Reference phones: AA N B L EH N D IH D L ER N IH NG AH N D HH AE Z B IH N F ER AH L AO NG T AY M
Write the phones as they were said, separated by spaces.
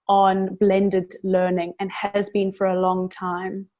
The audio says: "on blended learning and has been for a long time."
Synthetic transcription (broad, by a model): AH N B L EH N D IH D L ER N IH NG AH N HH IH Z B IH N F ER AH L AO NG T AY M